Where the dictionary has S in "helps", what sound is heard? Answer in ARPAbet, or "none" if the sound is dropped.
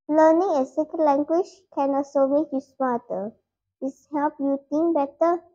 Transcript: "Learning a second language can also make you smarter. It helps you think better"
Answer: none